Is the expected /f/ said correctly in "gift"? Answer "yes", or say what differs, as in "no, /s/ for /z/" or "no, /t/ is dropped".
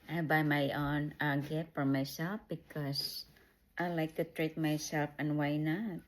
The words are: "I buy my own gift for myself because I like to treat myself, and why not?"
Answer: no, /f/ is dropped